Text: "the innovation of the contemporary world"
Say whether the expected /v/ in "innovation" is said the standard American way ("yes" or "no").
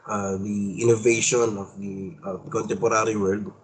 yes